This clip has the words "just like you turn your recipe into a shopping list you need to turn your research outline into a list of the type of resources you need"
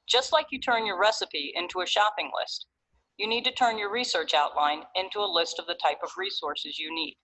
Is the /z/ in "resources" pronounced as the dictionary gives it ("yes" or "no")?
yes